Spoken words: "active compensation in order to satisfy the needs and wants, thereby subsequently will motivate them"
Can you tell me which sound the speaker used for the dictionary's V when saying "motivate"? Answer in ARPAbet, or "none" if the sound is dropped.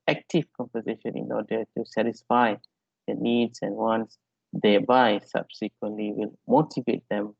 V